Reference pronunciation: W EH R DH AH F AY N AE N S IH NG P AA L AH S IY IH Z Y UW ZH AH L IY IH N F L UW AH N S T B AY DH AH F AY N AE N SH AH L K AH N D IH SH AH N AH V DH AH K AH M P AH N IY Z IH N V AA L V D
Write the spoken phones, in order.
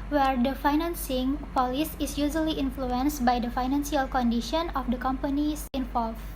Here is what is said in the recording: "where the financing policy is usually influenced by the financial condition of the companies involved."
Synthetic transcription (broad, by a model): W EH R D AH F AY N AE N S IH NG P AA L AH S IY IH S Y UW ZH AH L IY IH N F L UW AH N S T B AY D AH F AY N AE N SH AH L K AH N D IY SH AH N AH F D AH K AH M P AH N IY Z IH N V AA L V